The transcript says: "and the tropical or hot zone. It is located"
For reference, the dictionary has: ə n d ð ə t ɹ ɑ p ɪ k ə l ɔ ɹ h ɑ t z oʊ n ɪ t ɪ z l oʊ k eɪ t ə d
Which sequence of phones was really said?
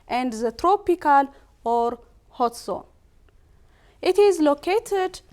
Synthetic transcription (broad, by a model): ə n d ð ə t ɹ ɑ p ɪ k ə l ɔ ɹ h ɑ t s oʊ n ɪ t ɪ z l oʊ k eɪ t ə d